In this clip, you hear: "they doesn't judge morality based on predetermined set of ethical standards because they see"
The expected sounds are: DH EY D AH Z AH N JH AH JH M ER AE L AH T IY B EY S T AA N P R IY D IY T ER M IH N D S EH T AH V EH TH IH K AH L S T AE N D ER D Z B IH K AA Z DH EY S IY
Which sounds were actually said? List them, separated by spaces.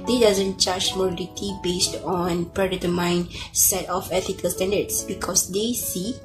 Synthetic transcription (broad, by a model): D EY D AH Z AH N CH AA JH M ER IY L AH T IY B EY S T AA N P R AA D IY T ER M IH N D S EH T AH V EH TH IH K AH L S T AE N D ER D S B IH K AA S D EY S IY